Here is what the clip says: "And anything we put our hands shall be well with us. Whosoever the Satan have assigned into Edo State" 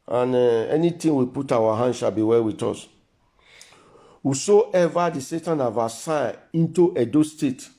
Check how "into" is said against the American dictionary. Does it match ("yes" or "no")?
no